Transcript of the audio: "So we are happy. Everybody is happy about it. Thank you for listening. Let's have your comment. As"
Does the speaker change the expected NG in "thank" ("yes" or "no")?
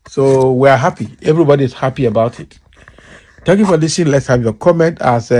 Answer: yes